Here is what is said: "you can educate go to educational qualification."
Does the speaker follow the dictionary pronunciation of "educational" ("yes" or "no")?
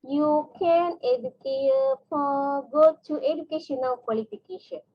no